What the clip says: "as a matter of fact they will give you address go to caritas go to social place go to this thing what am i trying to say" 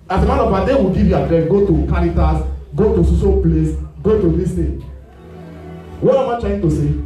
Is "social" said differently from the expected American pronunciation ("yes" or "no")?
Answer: yes